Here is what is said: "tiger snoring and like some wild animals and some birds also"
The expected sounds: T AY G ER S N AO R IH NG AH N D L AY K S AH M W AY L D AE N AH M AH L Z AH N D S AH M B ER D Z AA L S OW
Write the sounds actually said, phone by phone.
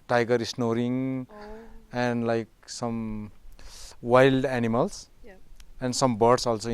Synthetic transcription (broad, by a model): T AY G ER S N AO R IH NG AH N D L AY K S AH M W AY L D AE N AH M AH L S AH N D S AH M B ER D S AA L S OW